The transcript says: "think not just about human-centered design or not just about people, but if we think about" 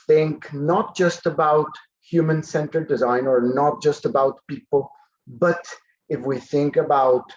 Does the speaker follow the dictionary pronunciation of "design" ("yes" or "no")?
yes